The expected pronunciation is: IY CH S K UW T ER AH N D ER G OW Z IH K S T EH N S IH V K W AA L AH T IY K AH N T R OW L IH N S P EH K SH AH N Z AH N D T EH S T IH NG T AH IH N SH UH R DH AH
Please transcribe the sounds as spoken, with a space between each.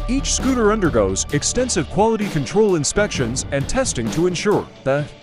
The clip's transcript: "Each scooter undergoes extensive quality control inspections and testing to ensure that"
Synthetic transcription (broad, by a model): IY CH S K UW T ER AH N D ER G OW Z IH K S T EH N S IH V K W AA L AH T IY K AH N T R OW L IH N S P EH K SH AH N Z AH N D T EH S T IH NG T AH IH N SH UH R DH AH